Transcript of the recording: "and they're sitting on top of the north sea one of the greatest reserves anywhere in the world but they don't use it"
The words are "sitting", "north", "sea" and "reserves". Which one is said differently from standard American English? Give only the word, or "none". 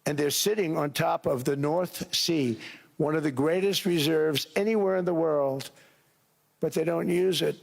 none